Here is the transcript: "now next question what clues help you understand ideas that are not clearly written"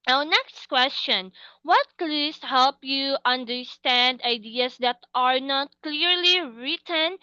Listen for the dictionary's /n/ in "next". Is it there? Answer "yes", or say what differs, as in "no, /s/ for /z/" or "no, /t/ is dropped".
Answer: yes